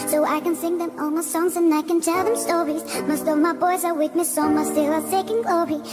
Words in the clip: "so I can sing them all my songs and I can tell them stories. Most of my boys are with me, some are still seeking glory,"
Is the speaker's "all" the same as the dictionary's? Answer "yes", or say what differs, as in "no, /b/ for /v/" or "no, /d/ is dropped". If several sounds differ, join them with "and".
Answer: no, /n/ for /l/